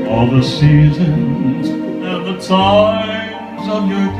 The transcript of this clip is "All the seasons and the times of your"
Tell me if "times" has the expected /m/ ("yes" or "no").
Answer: no